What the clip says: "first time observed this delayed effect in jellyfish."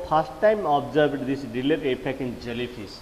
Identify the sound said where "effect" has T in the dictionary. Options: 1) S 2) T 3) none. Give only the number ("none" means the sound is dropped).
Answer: 3